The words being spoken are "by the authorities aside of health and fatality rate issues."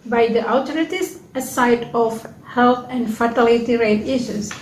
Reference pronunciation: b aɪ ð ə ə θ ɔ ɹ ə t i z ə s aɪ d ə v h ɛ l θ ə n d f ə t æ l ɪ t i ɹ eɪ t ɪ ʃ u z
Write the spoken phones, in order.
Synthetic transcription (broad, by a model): b aɪ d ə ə t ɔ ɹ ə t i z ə s aɪ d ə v h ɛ l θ ə n d f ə t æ l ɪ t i ɹ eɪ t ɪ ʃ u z